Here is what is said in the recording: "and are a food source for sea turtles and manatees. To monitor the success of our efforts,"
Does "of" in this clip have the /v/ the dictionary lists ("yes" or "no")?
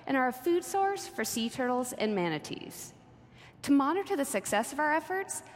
yes